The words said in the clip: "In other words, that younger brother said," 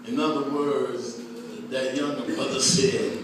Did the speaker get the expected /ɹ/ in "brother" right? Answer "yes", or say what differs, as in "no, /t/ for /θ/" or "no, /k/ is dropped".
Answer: no, /ɹ/ is dropped